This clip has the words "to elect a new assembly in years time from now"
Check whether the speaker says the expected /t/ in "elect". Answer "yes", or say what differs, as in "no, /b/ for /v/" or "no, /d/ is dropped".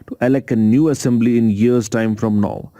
no, /t/ is dropped